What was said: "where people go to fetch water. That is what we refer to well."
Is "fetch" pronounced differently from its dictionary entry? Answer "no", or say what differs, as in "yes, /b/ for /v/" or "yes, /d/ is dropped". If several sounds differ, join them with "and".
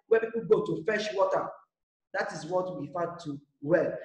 yes, /ʃ/ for /tʃ/